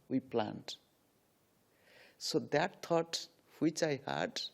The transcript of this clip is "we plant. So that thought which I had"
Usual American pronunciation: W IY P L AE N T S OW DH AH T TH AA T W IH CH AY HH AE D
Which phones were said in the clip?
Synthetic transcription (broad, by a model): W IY P L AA N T S OW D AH T T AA T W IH CH AY HH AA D